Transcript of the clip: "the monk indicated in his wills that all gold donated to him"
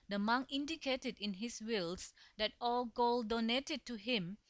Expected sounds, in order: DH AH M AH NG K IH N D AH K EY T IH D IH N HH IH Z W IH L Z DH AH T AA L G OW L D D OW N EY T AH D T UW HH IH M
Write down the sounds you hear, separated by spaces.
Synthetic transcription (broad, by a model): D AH M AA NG IH N D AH K EY T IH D IH N HH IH S W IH L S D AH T AA L G OW L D D OW N EY T AH D T UW HH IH M